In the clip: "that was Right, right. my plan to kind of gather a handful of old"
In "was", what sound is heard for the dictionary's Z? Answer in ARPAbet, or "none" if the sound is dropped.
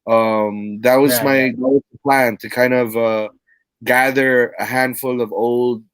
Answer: Z